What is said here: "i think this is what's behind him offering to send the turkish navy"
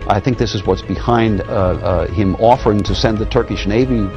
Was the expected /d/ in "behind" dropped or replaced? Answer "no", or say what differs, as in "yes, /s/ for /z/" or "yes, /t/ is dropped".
no